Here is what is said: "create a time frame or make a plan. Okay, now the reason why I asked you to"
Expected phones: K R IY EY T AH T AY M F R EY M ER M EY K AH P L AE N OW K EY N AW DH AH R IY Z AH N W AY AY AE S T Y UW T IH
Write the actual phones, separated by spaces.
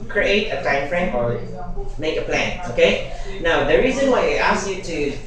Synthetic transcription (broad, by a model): K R IY EY T AH T AY M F R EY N M EY K AH P L AE N OW K EY N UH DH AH R IY Z AH N W AY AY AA S Y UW T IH